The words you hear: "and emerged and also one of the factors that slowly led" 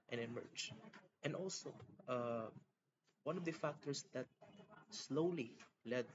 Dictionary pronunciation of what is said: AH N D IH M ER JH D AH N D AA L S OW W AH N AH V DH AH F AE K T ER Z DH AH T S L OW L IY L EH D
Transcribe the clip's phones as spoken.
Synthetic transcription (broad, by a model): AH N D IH M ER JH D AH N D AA L S OW W AH N AH V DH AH F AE K T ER S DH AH T S L OW L IY L EH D